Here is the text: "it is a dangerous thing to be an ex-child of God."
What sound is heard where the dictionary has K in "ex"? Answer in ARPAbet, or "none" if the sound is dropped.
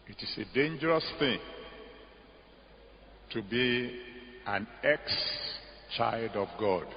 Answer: K